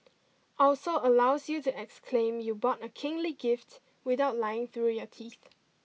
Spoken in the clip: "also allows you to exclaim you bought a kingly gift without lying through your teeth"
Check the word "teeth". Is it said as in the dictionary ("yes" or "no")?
yes